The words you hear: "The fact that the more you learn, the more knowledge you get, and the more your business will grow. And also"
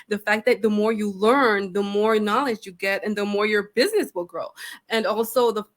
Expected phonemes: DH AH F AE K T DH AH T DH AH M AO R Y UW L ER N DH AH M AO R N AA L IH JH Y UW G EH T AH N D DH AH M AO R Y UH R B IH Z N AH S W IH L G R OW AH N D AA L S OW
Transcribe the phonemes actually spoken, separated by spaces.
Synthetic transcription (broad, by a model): DH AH F AE K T DH AH T DH AH M AO R Y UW L ER N DH AH M AO R N AA L IH JH Y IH G EH T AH N DH AH M AO R Y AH R B IH Z N AH S W IH L G R OW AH N AA L S OW